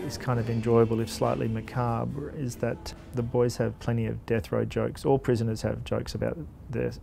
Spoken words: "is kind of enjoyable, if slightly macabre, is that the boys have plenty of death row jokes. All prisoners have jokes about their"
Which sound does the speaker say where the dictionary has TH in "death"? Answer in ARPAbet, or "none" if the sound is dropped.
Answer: TH